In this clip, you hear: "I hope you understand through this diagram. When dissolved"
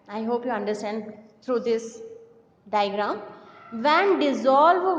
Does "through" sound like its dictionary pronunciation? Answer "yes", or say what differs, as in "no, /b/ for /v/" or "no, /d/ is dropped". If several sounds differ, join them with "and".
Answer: no, /t/ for /θ/